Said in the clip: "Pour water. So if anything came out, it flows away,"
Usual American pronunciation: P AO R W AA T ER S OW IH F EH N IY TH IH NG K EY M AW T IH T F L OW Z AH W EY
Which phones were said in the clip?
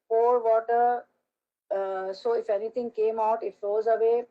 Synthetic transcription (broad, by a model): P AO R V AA T ER S OW IH F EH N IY T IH NG K EY M AW T IH T F L OW Z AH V EY